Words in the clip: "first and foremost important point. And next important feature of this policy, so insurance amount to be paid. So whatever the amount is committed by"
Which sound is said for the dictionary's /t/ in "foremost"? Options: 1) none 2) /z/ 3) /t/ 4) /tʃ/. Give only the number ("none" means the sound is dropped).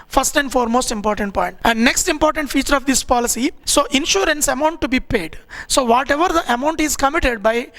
3